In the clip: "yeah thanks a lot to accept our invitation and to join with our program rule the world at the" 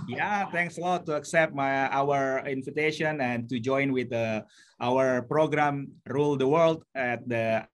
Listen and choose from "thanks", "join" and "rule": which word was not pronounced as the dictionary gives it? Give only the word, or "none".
thanks